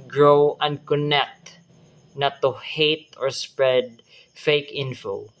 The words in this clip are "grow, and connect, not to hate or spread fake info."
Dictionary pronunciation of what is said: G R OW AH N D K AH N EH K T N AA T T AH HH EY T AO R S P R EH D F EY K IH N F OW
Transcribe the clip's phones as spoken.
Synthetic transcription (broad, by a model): G R OW AH N D K AH N EH K T N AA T T AH HH EY T AO R S P R EH D F EY K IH N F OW